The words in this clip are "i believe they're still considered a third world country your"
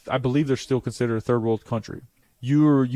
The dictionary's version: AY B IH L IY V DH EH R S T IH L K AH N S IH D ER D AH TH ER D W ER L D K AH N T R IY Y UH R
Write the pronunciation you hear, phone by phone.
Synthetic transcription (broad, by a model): AY B IH L IY V DH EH R S T IH L K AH N S IH D ER AH TH ER D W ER L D K AH N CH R IY Y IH R